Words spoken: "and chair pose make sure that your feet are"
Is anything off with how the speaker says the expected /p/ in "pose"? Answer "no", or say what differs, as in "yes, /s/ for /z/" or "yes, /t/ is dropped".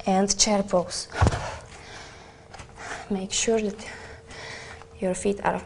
yes, /b/ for /p/